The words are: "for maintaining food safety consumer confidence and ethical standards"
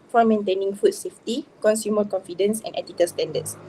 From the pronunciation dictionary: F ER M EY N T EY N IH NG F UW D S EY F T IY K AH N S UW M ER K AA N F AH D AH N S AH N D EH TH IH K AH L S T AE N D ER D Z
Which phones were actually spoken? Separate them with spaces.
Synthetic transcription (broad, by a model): F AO M EY N T EY N IH NG F UW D S EY F T IY K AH N S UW M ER K AA N F AH D AH N S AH N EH T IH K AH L S T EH N D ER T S